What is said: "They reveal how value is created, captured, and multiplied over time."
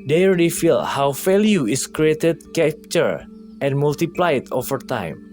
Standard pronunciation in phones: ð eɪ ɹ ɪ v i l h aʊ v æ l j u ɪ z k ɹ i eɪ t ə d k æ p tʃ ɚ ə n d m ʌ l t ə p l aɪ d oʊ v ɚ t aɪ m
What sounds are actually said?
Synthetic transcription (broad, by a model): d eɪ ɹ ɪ f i l h aʊ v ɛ l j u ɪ s k ɹ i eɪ t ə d k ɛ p tʃ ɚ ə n m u l t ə p l aɪ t oʊ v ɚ t aɪ m